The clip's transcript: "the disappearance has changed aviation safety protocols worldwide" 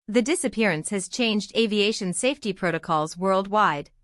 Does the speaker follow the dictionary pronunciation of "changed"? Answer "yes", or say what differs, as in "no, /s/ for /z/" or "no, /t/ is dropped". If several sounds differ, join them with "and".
yes